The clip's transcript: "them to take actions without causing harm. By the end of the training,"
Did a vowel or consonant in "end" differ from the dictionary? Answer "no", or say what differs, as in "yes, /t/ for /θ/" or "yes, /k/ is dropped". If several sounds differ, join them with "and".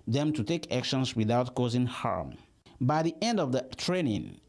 no